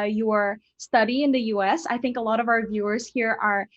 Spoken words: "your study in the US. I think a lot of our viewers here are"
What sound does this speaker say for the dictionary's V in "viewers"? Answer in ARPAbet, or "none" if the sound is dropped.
V